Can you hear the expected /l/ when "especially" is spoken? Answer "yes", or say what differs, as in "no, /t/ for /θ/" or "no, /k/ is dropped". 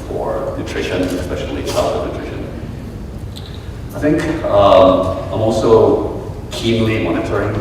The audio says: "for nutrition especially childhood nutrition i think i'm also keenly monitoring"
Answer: yes